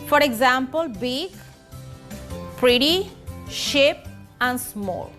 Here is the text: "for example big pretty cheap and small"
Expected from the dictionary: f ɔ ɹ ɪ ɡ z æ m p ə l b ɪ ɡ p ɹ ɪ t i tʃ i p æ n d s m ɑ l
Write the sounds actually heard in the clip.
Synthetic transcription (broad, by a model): f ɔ ɹ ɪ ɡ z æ m p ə l b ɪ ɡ p ɹ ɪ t i ʃ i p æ n d s m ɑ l